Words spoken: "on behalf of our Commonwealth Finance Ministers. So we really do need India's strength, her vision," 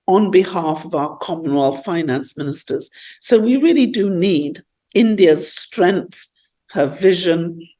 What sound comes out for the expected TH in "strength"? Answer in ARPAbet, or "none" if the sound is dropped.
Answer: TH